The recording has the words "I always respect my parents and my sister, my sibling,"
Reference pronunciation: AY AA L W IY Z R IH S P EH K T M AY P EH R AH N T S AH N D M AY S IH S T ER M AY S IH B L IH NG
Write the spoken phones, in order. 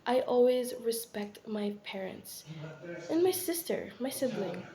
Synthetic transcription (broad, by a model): AY AA L W IY Z R IH S P EH K T M AY P EH R AH N T S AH N M AY S IH S T ER M AY S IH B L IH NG